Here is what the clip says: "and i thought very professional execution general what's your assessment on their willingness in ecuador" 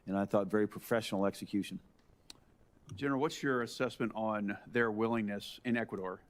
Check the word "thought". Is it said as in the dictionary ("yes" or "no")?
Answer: yes